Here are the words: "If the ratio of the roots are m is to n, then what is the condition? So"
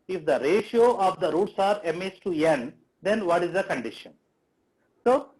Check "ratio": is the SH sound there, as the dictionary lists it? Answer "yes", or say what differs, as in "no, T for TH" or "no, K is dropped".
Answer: yes